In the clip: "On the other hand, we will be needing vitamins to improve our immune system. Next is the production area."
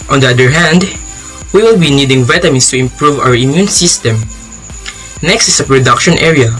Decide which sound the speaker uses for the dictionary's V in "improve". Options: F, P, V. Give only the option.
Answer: V